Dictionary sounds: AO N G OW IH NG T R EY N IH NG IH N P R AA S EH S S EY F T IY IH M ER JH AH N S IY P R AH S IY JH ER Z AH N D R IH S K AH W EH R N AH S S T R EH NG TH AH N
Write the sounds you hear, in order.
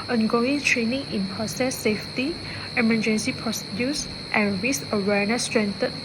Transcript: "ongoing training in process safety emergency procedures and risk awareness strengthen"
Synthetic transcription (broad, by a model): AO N G OW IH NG T R EY N IH NG IH N P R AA S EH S S EY F T IY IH M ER JH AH N S IY P R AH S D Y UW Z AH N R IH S AH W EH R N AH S S T R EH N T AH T